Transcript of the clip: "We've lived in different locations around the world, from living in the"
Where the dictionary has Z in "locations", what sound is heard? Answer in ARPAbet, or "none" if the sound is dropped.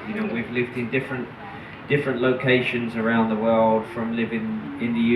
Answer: Z